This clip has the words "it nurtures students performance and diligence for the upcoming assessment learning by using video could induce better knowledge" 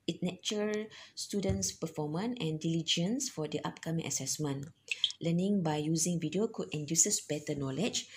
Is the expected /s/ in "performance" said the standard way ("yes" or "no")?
no